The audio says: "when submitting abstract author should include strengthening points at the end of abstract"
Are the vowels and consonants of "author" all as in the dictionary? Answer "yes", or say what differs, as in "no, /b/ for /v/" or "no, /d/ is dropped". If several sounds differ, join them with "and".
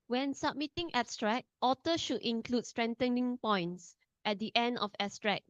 no, /t/ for /θ/